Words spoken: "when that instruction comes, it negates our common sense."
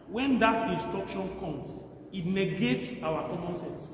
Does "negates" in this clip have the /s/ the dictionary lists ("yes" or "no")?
yes